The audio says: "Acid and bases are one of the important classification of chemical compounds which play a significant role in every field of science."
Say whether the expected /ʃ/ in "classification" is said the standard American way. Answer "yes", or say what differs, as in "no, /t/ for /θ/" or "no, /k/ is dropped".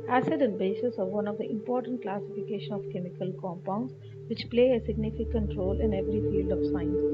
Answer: yes